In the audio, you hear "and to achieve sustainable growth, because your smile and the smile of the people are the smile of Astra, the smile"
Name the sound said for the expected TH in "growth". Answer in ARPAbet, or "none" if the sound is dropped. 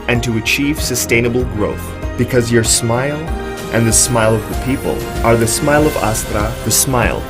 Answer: TH